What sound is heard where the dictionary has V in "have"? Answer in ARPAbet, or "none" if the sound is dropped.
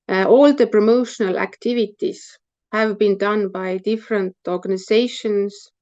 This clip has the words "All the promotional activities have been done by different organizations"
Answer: V